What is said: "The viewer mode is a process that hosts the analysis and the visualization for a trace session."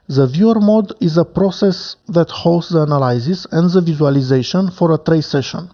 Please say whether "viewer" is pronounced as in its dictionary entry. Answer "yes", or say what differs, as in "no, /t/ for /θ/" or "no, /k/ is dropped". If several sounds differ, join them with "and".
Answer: yes